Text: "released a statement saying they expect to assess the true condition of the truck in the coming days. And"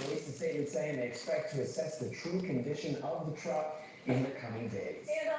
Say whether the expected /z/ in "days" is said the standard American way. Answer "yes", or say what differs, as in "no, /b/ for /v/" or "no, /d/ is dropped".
no, /z/ is dropped